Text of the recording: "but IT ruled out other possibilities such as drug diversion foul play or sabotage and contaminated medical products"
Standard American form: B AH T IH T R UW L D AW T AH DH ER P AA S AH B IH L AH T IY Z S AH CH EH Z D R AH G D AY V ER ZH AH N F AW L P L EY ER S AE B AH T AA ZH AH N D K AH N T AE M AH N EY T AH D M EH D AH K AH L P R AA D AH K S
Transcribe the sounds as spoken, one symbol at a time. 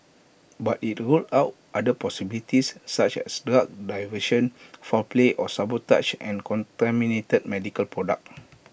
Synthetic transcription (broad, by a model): B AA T IH T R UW L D AW T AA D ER P AA S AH B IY L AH T IY S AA CH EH S D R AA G D AY V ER SH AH N F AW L P L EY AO S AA B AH T AA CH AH N K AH N T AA M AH N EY T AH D M EH D AH K AH L P R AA D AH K